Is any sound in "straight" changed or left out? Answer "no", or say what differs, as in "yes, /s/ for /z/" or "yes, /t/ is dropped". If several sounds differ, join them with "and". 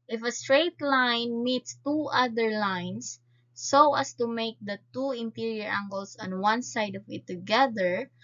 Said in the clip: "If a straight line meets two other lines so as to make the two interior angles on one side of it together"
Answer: no